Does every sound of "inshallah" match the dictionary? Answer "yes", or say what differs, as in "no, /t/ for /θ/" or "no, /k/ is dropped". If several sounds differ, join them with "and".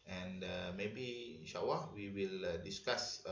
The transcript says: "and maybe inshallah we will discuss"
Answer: no, /w/ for /l/